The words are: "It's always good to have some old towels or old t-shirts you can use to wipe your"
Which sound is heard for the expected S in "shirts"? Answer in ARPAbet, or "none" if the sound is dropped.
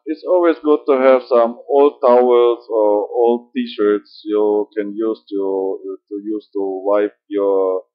S